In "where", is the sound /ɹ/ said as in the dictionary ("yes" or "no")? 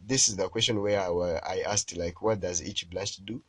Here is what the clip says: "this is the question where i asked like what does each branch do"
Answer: no